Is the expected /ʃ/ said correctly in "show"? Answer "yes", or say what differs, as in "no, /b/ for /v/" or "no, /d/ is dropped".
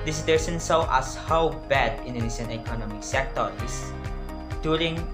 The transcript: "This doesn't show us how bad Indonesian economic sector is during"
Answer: no, /s/ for /ʃ/